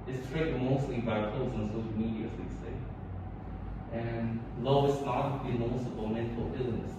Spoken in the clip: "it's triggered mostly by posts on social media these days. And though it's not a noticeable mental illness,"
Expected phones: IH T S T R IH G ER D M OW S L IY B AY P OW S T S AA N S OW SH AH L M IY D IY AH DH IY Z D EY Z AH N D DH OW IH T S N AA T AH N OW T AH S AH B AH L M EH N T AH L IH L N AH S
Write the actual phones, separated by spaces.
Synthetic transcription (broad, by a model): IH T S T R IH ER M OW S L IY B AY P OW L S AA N S OW SH AH L M IY D IY AH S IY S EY AH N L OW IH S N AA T AH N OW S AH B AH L M EH N T AH L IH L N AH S